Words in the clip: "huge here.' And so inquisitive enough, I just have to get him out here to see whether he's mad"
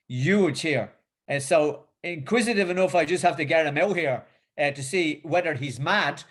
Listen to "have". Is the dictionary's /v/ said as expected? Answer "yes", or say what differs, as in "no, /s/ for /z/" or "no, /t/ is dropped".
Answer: no, /f/ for /v/